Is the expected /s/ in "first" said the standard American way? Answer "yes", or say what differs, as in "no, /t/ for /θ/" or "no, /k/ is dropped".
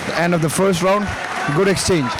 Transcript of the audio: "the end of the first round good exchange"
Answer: yes